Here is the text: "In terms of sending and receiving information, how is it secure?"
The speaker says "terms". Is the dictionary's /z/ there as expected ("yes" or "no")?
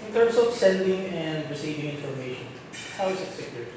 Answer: no